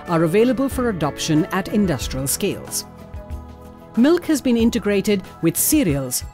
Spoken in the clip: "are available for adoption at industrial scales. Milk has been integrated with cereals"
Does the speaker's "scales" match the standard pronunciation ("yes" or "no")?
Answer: yes